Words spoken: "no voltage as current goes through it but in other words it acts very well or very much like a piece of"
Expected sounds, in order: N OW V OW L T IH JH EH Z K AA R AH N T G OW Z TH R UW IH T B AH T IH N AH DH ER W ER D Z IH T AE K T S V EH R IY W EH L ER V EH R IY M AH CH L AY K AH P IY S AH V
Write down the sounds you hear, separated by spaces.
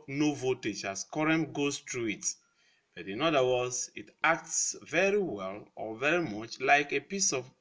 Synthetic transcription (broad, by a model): N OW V OW T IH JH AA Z K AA R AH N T G OW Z T R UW IH T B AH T IH N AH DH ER W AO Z IH T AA K T S V EH R IY W EH L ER V EH R IY M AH CH L AY K AH P IY S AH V